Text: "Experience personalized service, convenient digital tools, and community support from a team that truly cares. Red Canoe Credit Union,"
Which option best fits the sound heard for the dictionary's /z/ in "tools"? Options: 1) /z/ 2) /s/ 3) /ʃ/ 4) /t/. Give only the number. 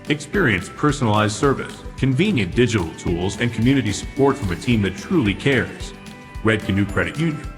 1